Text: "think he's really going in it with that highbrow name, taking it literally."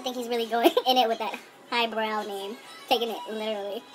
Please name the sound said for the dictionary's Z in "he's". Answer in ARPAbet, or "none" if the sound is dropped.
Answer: Z